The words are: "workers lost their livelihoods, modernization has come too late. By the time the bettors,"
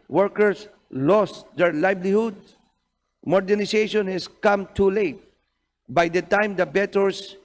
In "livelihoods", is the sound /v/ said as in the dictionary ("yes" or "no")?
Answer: no